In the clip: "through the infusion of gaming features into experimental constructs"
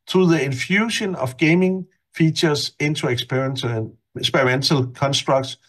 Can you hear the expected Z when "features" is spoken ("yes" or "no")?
no